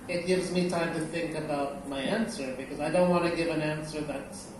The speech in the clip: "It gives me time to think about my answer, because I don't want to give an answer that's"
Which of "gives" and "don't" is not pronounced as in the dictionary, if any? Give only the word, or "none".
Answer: none